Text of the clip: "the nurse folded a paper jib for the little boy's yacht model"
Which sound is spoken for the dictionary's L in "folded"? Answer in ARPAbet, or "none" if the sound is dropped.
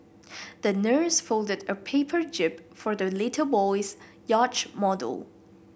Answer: L